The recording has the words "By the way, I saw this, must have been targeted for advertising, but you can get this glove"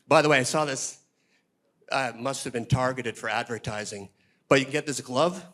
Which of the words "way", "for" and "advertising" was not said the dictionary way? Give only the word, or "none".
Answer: none